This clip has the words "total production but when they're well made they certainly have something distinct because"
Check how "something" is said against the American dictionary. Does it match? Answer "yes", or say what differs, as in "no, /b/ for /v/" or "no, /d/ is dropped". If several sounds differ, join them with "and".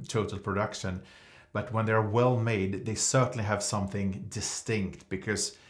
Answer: yes